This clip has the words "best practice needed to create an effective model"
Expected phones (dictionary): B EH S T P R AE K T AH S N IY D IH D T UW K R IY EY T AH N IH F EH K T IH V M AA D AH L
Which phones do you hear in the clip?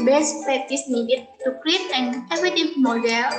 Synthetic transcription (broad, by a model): B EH S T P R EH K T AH S N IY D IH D T UW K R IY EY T AH N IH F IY T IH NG M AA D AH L